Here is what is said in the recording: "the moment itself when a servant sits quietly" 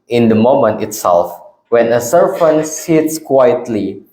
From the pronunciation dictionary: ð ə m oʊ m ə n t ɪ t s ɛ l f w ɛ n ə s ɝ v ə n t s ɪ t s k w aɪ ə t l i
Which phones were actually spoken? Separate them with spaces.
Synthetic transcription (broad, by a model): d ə m oʊ m ə n t ɪ t s ɛ l f w ɛ n ə s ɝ f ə n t s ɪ t s k w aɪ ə t l i